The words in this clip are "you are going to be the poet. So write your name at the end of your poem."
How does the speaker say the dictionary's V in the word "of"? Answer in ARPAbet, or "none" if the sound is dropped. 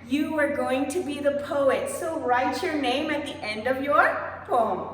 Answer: V